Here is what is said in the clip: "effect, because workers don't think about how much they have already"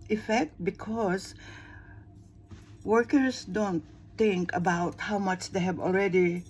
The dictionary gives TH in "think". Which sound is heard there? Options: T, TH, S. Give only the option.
T